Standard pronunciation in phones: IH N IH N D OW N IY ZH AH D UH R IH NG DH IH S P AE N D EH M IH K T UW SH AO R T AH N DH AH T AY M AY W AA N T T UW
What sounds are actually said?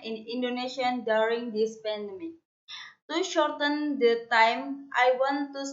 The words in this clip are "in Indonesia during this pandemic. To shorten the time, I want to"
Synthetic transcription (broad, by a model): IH N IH N D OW N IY SH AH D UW R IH NG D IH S P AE N D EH M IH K T UW SH AO R T AH N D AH T AY M AY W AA N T T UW